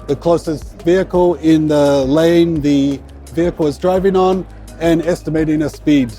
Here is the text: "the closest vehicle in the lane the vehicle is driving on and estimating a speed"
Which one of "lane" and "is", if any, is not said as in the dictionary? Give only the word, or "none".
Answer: none